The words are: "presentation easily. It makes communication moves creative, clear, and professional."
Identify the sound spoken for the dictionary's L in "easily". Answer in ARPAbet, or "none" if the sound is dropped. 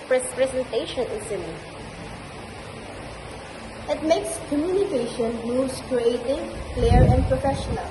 N